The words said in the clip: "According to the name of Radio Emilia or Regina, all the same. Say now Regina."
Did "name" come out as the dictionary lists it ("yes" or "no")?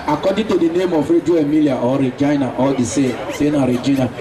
yes